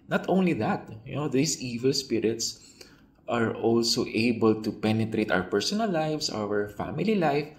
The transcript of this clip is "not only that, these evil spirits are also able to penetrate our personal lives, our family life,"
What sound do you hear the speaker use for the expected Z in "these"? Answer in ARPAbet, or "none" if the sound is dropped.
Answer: S